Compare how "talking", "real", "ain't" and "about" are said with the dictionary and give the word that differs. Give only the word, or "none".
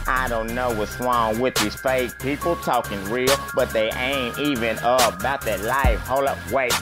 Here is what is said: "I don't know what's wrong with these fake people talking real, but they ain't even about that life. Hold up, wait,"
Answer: none